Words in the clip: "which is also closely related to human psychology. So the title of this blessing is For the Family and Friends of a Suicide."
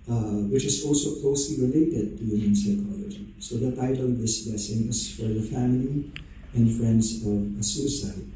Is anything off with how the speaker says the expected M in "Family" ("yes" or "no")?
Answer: no